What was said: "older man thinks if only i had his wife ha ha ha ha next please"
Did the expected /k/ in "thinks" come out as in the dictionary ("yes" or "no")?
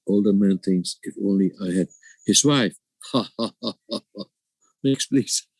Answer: no